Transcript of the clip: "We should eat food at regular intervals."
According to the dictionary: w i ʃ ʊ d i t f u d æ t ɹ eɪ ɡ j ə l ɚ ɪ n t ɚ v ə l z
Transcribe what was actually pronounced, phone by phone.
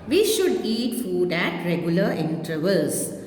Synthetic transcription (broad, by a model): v i ʃ ʊ d i t f u d æ t ɹ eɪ ɡ j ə l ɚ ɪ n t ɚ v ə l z